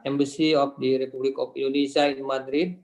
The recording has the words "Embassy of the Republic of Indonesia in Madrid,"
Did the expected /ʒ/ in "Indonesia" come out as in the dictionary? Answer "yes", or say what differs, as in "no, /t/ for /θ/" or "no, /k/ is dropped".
no, /s/ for /ʒ/